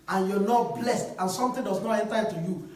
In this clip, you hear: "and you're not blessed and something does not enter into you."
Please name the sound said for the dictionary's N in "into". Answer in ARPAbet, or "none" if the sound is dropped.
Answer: none